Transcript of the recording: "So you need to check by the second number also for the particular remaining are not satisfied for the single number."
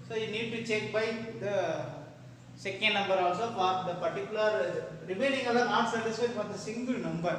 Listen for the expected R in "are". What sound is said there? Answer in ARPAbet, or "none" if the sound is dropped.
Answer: L